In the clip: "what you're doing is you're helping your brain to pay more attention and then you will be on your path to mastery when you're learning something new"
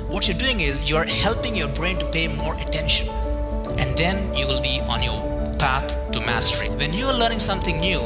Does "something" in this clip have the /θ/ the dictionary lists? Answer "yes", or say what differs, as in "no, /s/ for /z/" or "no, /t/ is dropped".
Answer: no, /t/ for /θ/